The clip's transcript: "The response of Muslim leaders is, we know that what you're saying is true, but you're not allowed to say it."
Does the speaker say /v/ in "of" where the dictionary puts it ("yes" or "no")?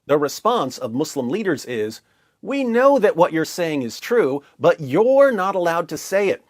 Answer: yes